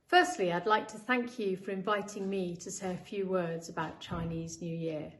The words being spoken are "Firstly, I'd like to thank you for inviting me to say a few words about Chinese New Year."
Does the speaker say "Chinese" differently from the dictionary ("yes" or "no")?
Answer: no